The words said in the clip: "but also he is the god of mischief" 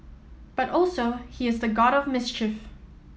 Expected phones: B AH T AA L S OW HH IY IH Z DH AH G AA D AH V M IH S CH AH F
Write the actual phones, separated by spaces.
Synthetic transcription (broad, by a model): B AH T AA L S OW HH IY IH Z DH AH G AA D AH V M IH S CH AH F